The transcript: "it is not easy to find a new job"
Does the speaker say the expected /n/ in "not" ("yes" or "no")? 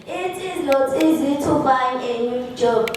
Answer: no